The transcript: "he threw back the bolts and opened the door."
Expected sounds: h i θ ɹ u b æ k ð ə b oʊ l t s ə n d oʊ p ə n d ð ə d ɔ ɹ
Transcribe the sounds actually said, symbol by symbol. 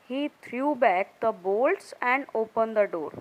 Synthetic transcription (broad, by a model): h i t ɹ u b æ k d ə b oʊ l t s ə n d oʊ p ə n d ə d ɔ ɹ